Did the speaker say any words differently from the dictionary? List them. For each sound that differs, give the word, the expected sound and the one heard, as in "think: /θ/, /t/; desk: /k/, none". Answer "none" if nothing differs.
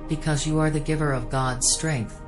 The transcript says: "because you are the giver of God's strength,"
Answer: none